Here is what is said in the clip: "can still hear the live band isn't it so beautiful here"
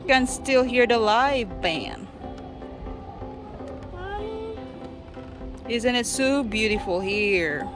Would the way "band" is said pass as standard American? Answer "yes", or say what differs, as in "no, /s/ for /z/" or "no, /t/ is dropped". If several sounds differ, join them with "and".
no, /d/ is dropped